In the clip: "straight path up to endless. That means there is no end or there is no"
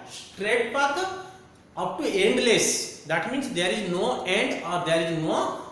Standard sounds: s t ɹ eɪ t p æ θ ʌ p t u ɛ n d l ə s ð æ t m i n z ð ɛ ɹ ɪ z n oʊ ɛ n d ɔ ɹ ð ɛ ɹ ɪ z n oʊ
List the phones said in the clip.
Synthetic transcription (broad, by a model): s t ɹ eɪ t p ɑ t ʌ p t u ɛ n d l ə s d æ t m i n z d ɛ ɹ ɪ z n oʊ ɛ n d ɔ ɹ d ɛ ɹ ɪ z n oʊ